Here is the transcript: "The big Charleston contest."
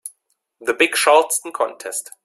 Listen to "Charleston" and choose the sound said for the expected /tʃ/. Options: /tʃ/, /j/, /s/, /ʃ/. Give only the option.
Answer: /ʃ/